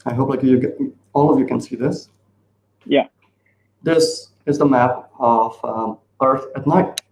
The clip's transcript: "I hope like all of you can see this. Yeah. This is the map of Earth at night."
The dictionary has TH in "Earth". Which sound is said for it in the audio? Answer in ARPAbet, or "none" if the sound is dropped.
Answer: TH